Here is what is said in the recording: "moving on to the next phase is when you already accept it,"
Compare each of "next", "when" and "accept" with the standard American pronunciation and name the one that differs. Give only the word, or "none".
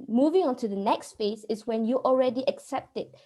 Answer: none